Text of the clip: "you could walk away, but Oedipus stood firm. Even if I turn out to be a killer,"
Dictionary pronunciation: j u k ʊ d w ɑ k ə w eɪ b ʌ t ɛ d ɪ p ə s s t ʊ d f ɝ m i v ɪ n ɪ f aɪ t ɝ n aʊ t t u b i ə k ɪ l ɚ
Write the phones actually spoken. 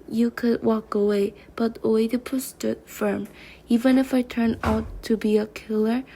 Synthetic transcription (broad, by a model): j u k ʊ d w ɑ k ə w eɪ b ʌ t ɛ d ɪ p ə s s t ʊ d f ɝ m i v ɪ n ɪ f aɪ t ɝ n aʊ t t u b i ə k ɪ l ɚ